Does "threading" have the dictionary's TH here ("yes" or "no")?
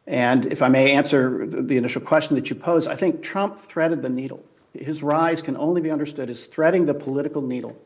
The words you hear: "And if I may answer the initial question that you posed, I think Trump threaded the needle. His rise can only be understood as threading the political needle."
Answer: yes